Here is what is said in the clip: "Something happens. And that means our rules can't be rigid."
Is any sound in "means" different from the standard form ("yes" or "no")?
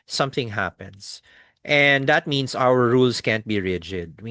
yes